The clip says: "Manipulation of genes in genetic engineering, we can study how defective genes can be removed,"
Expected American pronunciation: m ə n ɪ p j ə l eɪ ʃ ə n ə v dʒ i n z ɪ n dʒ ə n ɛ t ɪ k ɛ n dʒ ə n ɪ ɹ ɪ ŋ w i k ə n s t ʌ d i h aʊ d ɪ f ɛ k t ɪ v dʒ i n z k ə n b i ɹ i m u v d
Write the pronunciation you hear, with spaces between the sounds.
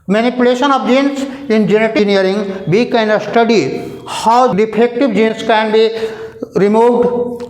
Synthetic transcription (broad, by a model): m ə n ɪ p j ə l eɪ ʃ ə n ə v dʒ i n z ɪ n dʒ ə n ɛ t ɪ n ə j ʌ ɹ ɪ ŋ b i k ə n s t ʌ d i h aʊ d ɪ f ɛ k t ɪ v dʒ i n s k ə n b i ɹ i m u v d